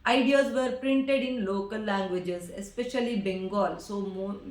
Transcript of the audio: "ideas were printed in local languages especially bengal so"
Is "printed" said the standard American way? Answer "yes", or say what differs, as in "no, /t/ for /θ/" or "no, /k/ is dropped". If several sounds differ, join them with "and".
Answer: yes